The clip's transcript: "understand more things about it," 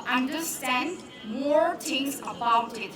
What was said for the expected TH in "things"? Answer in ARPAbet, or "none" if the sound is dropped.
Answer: T